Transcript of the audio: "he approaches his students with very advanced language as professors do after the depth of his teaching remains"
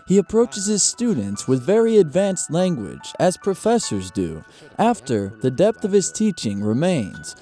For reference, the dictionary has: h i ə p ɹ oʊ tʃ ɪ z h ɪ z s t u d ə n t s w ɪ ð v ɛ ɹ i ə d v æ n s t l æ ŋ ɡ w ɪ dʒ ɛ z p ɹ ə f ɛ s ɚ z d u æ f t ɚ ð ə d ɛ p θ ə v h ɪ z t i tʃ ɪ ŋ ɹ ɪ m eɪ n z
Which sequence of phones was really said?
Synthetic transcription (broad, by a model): h i ə p ɹ oʊ tʃ ɪ z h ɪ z s t u d n t s w ɪ ð v ɛ ɹ i ə d v æ n s t l æ ŋ ɡ w ɪ dʒ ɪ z p ɹ ə f ɛ s ɚ z d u æ f t ɚ ð ə d ɛ p θ ə v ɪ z t i tʃ ɪ ŋ ɹ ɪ m eɪ n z